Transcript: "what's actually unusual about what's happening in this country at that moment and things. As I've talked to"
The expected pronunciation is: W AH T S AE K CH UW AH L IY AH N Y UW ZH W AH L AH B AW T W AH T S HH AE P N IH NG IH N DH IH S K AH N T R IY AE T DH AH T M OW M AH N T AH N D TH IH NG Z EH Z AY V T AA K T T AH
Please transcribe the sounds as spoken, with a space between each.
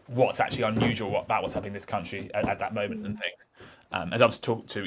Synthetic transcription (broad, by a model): W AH T S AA K CH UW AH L IY AH N Y UW ZH W AH L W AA T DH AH T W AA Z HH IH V IH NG DH IH S K AH N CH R IY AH T DH AH T M OW M AH N T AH N TH IH NG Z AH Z AY W T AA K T T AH